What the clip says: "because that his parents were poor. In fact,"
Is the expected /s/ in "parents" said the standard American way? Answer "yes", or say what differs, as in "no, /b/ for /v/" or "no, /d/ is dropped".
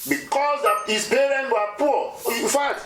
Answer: no, /s/ is dropped